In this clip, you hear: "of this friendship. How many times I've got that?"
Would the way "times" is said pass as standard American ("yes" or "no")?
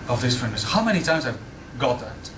yes